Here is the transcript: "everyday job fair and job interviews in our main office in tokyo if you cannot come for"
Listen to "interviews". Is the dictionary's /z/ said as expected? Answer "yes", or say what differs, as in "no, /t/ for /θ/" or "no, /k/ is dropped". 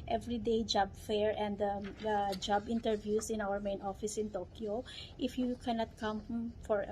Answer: no, /s/ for /z/